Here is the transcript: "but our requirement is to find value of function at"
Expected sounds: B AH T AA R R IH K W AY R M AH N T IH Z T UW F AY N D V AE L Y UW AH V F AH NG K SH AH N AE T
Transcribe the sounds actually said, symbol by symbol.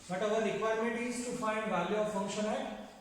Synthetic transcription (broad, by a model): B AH T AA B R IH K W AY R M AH T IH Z T UW F AY N D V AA L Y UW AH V F AH NG K SH AH N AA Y